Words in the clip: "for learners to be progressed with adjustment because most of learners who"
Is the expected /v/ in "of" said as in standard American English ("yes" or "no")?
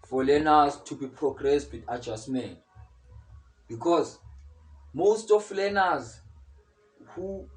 no